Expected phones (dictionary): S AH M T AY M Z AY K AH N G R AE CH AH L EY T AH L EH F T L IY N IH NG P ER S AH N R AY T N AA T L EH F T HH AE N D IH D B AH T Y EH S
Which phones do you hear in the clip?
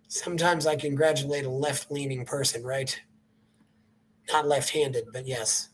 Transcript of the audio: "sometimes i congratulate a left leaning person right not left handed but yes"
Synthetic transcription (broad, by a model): S AH M T AY M Z AY K AH N G R AE CH AH L EY T AH L EH F T L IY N IH NG P ER S AH N R AY T N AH T L EH F T HH AE N D IH D B AH T Y EH S